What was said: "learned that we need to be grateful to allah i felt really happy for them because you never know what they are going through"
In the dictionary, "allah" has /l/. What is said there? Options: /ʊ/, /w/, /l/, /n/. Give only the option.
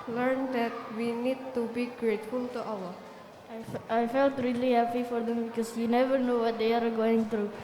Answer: /w/